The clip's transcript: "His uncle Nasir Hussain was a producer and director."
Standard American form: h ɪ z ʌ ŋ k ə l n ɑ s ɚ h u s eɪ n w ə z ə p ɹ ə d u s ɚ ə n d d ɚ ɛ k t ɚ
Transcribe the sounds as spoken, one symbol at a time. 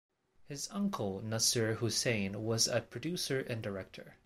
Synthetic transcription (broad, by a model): h ɪ z ʌ ŋ k ə l n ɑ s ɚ h u s eɪ n w ə z ə p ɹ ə d u s ɚ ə n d d ɚ ɛ k t ɚ